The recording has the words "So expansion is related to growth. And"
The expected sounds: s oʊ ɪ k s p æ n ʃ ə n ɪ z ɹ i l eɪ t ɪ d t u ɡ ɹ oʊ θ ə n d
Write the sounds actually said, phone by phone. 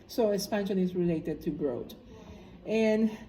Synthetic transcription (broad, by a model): s oʊ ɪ s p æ n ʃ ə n ɪ z ɹ i l eɪ t ɪ d t u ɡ ɹ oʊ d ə n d